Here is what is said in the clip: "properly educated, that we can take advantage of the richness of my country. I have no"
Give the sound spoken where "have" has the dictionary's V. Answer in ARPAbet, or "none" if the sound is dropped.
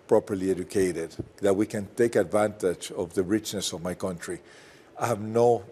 V